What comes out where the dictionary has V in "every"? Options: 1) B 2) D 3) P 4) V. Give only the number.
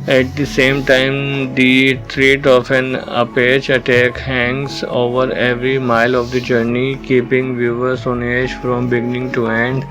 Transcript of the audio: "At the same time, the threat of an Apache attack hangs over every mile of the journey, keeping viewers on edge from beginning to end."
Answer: 4